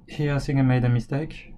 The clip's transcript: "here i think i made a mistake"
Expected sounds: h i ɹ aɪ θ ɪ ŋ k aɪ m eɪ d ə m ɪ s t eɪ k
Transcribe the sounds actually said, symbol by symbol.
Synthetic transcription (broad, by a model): h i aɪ s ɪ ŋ aɪ m eɪ d ə m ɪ s t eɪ k